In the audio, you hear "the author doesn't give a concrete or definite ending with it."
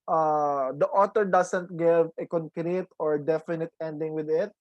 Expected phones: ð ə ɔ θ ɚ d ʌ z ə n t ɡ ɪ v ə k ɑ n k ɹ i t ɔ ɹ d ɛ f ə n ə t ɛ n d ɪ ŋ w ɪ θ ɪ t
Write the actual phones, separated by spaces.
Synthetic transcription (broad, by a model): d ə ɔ t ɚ d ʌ s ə n t ɡ ɪ v ə k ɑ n k ɹ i t ɔ ɹ d ɛ f ə n ə t ɛ n d ɪ ŋ w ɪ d ɪ t